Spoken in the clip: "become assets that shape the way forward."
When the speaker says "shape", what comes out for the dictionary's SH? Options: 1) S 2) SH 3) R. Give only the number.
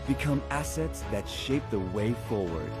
2